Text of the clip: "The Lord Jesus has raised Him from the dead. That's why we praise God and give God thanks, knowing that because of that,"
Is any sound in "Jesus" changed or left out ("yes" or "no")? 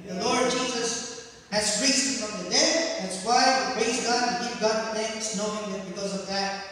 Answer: no